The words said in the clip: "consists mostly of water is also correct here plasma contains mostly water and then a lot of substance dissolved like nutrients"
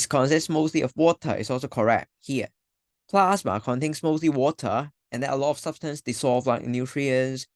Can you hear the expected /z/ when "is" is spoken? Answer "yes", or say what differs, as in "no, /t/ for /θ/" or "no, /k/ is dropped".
no, /s/ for /z/